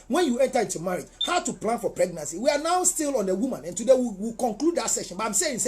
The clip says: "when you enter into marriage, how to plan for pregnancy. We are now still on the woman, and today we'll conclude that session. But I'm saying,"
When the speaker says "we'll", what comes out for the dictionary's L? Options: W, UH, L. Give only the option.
W